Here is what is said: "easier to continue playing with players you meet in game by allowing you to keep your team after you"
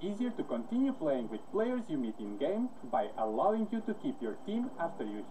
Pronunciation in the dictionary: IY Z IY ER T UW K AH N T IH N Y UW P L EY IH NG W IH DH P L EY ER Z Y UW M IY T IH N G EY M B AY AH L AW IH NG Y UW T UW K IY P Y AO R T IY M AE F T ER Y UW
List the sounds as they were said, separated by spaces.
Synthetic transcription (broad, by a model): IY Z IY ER T UW K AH N T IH N Y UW P L EY IH NG W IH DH P L EY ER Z Y UW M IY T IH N G EY M B AY AH L AW IH NG Y UW T UW K IY P Y AO R T IY M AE F T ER Y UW